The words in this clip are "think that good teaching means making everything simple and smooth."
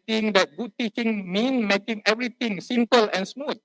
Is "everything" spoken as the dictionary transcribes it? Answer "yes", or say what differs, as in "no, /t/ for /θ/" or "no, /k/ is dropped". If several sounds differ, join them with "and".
no, /t/ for /θ/